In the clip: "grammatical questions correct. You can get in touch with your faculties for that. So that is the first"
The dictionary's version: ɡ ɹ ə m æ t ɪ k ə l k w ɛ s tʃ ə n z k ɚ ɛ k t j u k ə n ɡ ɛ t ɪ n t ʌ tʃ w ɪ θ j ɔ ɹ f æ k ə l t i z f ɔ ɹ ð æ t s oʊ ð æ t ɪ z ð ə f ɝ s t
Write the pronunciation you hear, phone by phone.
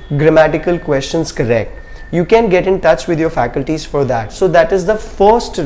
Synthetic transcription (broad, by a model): ɡ ɹ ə m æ t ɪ k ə l k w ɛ s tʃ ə n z k ɚ ɛ k t j u k ə n ɡ ɛ t ɪ n t ʌ tʃ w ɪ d j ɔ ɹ f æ k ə l t i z f ɔ ɹ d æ t s oʊ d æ t ɪ z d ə f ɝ s t